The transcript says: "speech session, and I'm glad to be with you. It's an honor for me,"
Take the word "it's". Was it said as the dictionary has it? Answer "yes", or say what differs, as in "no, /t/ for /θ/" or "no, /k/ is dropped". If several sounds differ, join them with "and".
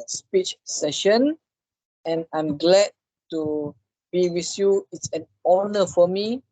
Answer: yes